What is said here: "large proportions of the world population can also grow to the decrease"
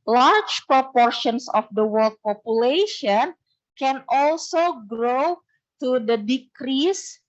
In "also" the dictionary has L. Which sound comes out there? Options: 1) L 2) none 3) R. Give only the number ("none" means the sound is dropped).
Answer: 1